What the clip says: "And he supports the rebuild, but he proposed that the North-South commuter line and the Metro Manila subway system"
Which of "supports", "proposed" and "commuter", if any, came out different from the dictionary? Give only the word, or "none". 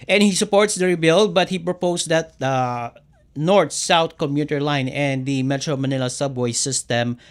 proposed